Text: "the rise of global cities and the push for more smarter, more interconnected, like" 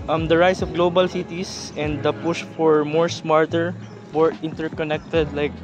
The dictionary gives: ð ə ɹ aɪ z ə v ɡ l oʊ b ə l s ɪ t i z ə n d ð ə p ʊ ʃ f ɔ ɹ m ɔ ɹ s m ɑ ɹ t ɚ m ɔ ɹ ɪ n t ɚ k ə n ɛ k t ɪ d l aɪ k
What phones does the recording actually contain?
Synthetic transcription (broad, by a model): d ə ɹ aɪ s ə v ɡ l oʊ b ə l s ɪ t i s ə n d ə p ʊ ʃ f ɔ ɹ m ɔ ɹ s m ɑ ɹ t ɚ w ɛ ɹ ɪ n t ɚ k ə n ɛ k t ɪ d l aɪ k